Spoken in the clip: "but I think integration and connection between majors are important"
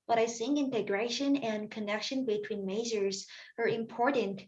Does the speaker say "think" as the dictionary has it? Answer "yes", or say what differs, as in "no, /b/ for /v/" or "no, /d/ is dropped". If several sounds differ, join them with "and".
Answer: no, /s/ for /θ/ and /k/ is dropped